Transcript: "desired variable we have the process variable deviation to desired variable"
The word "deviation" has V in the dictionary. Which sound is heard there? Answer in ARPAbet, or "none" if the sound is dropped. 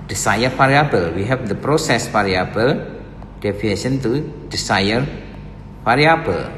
F